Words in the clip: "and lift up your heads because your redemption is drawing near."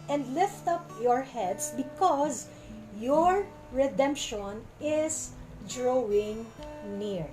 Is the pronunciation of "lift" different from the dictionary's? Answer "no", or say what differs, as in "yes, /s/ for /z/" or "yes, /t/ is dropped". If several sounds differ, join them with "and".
no